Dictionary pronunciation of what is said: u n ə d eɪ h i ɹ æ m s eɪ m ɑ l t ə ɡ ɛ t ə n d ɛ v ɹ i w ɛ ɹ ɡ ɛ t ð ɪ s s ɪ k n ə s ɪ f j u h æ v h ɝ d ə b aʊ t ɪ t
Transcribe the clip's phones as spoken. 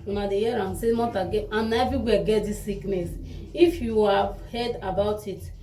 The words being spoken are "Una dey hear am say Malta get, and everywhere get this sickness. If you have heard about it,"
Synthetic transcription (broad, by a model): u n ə d eɪ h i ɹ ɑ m s eɪ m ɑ t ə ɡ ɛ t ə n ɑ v i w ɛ ɡ ɛ t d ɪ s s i k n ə s ɪ f j u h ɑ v h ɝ d ə b aʊ t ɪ t